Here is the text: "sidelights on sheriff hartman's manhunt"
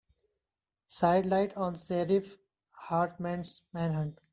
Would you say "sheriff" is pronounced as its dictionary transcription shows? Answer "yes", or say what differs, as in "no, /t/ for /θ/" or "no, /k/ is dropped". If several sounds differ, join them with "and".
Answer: no, /s/ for /ʃ/